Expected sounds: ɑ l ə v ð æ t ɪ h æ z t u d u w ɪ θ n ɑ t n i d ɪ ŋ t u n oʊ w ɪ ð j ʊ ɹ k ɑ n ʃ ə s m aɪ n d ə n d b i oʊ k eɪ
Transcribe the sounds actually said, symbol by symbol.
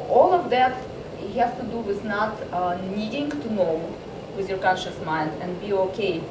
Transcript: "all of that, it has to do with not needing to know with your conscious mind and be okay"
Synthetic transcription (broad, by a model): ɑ l ə v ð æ t ɪ h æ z t u d u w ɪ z n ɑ t n i d ɪ ŋ t u n oʊ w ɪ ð j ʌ ɹ k ɑ n ʃ ə s m aɪ n d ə n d b i oʊ k eɪ